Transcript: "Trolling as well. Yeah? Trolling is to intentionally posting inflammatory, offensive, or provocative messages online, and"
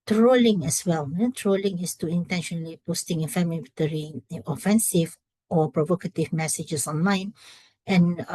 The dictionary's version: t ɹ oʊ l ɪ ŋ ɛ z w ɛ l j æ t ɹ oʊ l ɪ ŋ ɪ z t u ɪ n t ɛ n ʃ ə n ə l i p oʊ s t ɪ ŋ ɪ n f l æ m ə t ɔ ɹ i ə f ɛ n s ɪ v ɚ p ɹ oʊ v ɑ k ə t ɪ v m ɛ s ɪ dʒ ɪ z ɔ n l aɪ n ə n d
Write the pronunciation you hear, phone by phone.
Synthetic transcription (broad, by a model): t ɹ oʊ l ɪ ŋ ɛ s w ɛ l t ɹ oʊ l ɪ ŋ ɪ s t u ɪ n t ɛ n ʃ ə n ə l i p oʊ s t ɪ ŋ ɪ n f ɛ m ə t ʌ ɹ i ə f ɛ n s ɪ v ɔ p ɹ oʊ v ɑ k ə t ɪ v m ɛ s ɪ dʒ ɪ s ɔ n l aɪ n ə n